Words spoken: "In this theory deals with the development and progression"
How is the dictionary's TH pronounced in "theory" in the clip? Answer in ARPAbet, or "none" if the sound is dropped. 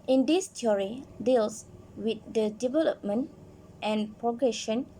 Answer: T